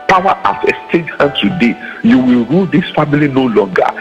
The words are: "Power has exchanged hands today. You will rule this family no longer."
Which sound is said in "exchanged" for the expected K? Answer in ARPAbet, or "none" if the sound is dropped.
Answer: none